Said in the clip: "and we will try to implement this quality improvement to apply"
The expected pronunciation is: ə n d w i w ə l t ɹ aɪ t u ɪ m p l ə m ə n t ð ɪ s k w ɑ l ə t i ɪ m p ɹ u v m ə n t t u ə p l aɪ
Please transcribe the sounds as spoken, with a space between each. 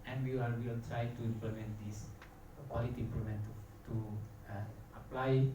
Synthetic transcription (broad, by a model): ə n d w i w ə l t ɹ aɪ t u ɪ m p l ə m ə n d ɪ s k w ɑ l ə t i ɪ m p l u m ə n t t u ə p l aɪ